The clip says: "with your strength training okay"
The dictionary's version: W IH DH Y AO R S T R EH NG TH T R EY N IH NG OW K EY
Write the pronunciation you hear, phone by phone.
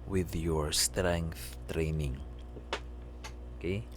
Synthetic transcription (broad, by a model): W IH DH Y AO R S T R EH NG TH T R EY N IH NG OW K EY